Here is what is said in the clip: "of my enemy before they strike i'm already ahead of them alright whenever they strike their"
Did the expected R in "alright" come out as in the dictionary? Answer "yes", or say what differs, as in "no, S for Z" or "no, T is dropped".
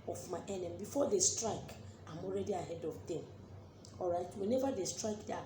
yes